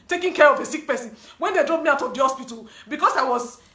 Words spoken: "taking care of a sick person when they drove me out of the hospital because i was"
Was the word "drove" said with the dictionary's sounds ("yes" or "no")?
no